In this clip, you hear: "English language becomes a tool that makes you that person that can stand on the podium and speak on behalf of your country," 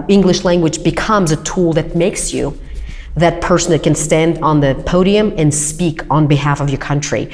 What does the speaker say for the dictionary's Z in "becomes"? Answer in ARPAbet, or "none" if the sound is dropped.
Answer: Z